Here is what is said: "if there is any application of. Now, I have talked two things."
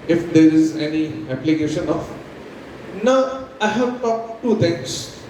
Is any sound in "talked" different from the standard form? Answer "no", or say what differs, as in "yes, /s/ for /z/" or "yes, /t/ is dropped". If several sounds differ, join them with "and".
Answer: yes, /k/ is dropped